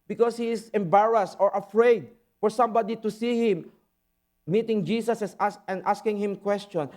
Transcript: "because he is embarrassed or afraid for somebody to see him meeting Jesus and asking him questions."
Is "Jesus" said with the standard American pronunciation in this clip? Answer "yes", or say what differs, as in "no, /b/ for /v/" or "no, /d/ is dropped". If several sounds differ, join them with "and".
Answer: no, /s/ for /z/